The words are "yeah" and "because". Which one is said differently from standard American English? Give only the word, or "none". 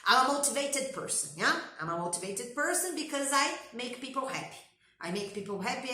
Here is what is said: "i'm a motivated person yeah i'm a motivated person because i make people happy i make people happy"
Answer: none